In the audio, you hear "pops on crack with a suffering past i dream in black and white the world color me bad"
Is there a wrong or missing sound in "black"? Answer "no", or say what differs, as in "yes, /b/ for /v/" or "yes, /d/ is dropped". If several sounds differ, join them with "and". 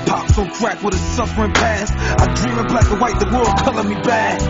yes, /k/ is dropped